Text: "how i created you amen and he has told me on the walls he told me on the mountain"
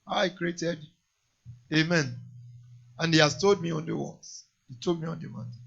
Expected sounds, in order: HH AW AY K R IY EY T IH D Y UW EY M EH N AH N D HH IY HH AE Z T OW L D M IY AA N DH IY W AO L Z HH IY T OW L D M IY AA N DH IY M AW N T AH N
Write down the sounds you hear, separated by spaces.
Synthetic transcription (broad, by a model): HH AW AY K R IY EY T IH D EY M EH N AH N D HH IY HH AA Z T OW L D M IY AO N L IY W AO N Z HH IY T OW L D M IY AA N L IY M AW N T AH